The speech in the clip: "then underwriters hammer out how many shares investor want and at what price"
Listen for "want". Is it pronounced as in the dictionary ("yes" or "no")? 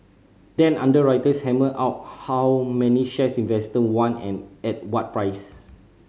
no